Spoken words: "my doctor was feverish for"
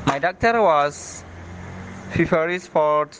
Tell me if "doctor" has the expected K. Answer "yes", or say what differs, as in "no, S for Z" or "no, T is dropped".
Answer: yes